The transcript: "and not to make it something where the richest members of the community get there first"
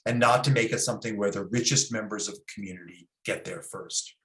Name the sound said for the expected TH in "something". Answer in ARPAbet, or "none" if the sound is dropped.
TH